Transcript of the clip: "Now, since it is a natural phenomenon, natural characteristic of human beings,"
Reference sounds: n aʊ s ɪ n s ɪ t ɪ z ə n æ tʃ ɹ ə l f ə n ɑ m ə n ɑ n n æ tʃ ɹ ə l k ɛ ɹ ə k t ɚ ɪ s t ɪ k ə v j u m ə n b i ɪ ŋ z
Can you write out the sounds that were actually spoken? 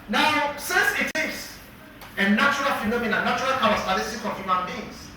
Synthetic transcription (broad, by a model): n aʊ s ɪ n s ɪ t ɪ s ə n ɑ tʃ ɹ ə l f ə n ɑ m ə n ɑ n n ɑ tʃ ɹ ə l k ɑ w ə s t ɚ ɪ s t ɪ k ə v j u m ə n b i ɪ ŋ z